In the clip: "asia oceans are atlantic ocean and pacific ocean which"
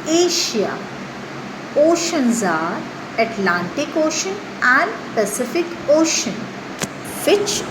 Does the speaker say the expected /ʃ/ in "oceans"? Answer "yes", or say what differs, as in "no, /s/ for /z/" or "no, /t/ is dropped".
yes